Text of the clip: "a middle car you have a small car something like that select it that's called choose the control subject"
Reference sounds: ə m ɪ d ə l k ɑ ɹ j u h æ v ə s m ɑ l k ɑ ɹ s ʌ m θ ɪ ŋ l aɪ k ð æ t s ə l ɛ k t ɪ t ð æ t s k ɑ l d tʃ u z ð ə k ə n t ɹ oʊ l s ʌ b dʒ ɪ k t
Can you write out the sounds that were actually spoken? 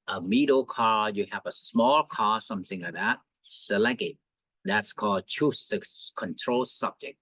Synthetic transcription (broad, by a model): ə m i d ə k ɑ ɹ j u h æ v ə s m ɑ l k ɑ ɹ s ʌ m θ ɪ ŋ l aɪ k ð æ t s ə l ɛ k ɪ t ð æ t s k ɑ l d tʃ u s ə k ə n t ɹ oʊ l s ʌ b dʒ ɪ k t